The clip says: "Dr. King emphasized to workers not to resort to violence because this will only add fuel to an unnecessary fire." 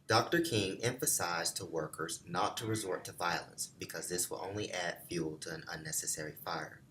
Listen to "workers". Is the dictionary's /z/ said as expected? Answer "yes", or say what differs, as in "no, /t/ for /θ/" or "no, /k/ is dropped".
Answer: yes